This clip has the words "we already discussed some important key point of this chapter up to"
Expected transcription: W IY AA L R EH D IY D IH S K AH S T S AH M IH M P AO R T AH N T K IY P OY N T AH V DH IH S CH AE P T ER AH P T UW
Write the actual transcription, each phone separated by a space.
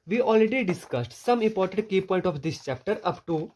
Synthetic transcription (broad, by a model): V IY AA L R EH D IY D IH S K AH S T S AH M IH M P AO R T AH N T K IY P OY N T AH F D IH S CH AE P T ER AH P T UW